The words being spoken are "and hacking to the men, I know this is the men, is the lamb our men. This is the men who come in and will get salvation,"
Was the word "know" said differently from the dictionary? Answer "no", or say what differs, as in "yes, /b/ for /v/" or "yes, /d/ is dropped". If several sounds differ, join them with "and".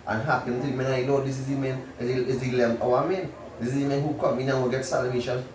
yes, /l/ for /n/